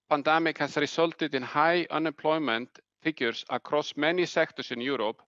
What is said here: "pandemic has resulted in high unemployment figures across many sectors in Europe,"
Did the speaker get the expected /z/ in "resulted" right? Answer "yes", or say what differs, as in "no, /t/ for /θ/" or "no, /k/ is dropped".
no, /s/ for /z/